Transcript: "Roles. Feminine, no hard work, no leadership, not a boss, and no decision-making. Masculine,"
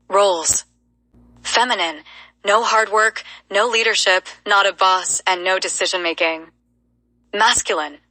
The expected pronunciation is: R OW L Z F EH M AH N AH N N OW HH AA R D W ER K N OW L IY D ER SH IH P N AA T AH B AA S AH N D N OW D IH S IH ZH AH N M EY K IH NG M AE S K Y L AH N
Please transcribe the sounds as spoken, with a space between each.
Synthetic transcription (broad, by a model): R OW L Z F EH M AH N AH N N OW HH AA R D W ER K N OW L IY D ER SH IH P N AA T AH B AA S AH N N OW D IH S IH ZH AH N M EY K IH NG M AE S K Y L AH N